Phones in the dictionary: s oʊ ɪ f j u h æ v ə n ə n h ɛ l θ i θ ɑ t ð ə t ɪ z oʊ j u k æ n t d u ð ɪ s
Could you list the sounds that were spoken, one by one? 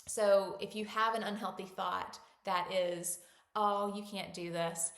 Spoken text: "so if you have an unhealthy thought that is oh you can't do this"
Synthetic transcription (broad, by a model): s oʊ ɪ f j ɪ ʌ v ə n ə n h ɛ l θ i θ ɑ t ð ə t ɪ z oʊ j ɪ k æ n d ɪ ð ɪ s